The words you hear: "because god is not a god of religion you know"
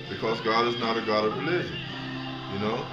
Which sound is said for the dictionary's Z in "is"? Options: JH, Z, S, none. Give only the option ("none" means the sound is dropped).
Z